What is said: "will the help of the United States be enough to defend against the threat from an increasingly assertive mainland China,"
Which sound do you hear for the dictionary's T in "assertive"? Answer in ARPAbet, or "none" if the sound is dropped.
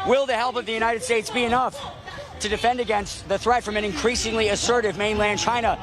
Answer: T